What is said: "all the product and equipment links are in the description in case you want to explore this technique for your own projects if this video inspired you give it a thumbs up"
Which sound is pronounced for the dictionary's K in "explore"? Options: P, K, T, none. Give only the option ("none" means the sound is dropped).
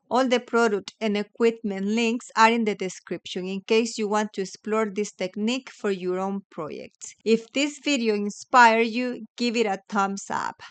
K